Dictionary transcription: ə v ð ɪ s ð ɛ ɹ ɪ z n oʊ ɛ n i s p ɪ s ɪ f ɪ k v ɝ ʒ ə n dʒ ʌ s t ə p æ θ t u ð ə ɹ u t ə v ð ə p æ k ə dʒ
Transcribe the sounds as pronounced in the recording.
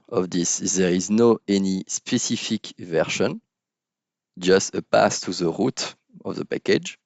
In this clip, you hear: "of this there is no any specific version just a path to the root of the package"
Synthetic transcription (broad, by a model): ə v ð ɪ s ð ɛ ɹ ɪ z n oʊ ɛ n i s p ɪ s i f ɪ k v ɝ ʃ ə n dʒ ʌ s t ə p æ s t u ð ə ɹ u t ə v ð ə p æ k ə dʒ